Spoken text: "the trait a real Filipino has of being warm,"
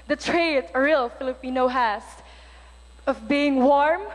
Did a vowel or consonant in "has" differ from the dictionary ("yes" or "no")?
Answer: yes